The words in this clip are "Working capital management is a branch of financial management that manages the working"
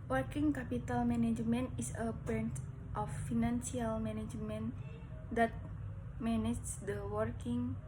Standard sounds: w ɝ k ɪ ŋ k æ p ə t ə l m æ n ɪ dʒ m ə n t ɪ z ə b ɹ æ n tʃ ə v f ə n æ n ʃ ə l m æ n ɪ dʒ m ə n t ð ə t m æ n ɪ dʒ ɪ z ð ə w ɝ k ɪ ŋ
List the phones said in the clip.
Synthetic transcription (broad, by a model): w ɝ k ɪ ŋ k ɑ p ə t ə l m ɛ n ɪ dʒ m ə n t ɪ s ə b ɛ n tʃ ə f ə n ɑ n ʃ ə l m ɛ n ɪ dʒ m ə n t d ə t m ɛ n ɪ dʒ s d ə w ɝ k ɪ ŋ